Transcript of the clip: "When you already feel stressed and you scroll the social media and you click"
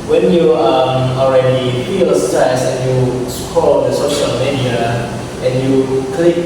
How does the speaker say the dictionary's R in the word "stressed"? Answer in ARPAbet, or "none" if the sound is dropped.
none